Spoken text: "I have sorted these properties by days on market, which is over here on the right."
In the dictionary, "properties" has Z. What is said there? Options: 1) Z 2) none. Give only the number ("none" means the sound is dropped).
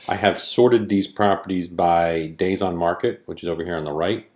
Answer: 1